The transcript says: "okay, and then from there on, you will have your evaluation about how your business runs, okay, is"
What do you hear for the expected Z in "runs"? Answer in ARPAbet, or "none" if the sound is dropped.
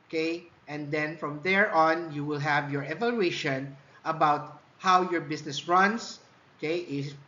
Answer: S